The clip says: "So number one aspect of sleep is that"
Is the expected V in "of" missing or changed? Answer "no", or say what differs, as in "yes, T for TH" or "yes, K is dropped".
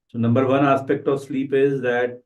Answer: no